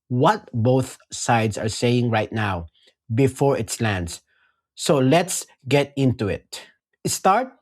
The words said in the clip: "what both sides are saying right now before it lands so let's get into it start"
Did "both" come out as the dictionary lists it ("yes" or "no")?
yes